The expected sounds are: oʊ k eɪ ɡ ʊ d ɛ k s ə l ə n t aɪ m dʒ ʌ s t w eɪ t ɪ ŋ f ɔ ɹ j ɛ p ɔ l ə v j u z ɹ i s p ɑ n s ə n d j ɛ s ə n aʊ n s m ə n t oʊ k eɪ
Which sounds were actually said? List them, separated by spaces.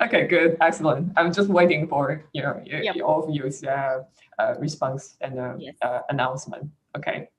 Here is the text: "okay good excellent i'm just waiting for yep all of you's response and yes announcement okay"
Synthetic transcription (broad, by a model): oʊ k eɪ ɡ ʊ d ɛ k s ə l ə n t aɪ m dʒ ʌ s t w eɪ t ɪ ŋ f ɔ ɹ j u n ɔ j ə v j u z ɹ i s p ɑ n s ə n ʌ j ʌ ə n aʊ n s m ə n t oʊ k eɪ